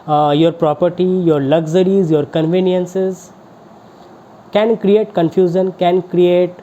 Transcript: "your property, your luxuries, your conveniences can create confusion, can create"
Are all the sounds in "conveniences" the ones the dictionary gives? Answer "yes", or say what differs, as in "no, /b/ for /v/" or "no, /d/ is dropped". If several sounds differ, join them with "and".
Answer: yes